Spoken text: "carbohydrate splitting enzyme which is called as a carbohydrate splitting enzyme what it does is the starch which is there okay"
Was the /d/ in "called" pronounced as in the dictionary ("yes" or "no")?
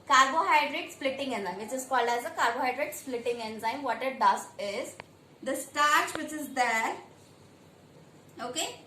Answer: yes